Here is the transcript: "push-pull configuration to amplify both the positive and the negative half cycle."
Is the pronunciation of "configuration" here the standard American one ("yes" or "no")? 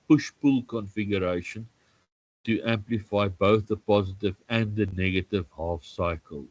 yes